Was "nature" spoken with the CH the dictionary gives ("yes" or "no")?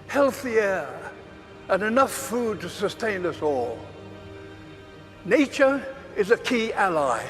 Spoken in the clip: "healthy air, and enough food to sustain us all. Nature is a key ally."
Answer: yes